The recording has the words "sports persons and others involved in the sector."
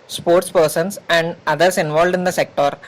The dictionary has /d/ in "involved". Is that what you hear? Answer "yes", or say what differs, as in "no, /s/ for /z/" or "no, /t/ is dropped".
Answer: yes